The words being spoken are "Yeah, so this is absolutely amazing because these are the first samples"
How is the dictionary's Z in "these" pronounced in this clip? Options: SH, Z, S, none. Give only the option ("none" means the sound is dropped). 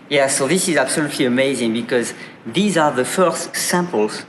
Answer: Z